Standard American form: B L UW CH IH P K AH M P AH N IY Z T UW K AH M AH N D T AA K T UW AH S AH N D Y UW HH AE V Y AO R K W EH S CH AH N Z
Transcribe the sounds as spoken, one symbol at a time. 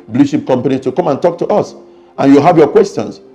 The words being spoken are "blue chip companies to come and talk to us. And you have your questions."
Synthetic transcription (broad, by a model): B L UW SH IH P K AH M P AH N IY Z T UW K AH M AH N T AA K T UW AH S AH N Y UW HH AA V Y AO K W EH S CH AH N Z